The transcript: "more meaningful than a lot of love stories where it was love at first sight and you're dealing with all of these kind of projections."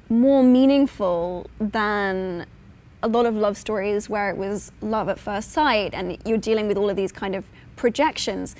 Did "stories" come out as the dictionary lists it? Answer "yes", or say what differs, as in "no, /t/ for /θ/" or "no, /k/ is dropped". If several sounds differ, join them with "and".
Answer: yes